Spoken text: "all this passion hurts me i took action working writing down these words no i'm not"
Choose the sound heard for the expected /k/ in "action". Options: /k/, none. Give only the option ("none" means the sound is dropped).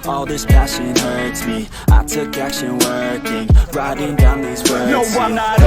none